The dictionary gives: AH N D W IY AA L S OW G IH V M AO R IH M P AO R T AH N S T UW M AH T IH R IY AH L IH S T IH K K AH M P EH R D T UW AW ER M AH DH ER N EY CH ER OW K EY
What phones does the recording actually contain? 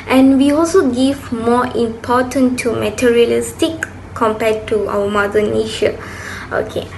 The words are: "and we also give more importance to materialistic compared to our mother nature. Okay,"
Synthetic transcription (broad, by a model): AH N W IY AA L S OW G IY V M AO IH M P AO T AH N T UW M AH T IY R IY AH L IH S T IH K K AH M P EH T UW AW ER M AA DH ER N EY SH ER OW K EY